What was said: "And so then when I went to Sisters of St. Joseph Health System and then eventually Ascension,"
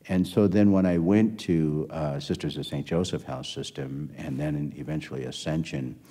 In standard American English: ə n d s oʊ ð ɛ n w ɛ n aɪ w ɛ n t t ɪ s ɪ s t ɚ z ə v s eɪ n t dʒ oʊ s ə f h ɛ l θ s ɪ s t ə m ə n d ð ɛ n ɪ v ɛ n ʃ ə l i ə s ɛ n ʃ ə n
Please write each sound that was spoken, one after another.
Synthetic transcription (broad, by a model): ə n s oʊ ð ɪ n w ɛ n aɪ w ɛ n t t ɪ s ɪ s t ɚ z ə v s eɪ n dʒ oʊ s ə f h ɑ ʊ s ɪ s t ə m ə n ð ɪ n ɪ v ɛ n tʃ l i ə s ɛ n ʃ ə n